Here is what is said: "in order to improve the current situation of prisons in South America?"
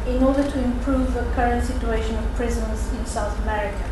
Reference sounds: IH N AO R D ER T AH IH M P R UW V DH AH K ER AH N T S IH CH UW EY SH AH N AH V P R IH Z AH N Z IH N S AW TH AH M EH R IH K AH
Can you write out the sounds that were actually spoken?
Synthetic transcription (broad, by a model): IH N AO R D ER T AH IH M P R UW V DH AH K ER AH N T S IH CH UW EY SH AH N AH V P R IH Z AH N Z IH N S AW TH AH M EH R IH K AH